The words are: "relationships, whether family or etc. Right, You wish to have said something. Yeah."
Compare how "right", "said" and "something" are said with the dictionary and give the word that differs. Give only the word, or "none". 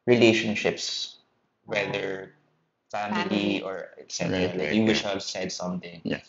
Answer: right